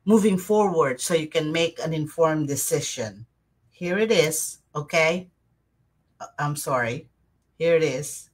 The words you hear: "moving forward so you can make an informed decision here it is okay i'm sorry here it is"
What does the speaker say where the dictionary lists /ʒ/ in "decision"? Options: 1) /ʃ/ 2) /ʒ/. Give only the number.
1